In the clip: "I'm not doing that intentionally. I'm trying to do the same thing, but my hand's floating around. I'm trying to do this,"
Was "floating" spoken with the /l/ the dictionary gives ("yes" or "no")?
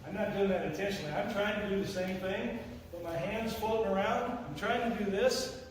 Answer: no